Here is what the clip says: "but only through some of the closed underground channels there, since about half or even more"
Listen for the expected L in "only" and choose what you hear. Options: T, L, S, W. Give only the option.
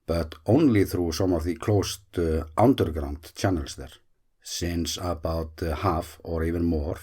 L